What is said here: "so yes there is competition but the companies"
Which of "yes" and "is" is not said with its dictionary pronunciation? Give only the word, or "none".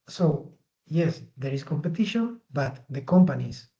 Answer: is